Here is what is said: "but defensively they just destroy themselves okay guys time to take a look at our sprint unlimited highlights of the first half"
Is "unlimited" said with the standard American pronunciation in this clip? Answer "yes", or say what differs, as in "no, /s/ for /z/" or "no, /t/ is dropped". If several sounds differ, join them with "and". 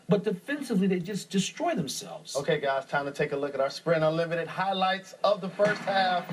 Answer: no, /n/ is dropped